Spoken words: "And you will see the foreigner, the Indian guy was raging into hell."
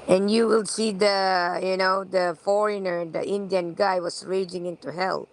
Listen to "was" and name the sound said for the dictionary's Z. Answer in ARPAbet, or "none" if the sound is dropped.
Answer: S